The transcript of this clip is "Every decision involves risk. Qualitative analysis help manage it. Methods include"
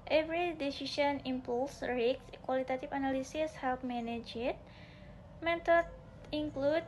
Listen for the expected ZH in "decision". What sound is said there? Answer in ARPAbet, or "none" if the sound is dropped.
SH